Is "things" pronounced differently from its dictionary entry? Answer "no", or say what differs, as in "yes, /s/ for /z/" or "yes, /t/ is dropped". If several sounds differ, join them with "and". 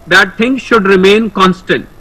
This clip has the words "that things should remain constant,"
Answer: yes, /t/ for /θ/